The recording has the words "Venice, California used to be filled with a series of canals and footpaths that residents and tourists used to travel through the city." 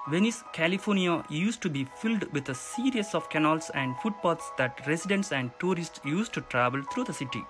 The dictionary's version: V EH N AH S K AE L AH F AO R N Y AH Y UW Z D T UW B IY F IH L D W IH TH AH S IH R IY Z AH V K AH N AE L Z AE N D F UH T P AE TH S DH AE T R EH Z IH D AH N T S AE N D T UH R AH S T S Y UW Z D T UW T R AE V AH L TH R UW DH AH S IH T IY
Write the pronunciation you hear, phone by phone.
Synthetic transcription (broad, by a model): V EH N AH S K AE L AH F AO R N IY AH Y UW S T UW B IY F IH L D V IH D AH S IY R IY S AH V K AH N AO L S AE N D F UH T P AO T S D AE T R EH S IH D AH N T S AE N D T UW R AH S T S Y UW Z T UW T R AE V AH L T R UW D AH S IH T IY